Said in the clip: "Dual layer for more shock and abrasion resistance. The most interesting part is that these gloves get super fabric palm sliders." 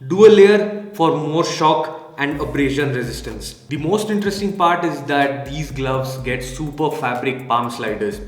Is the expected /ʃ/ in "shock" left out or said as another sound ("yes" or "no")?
no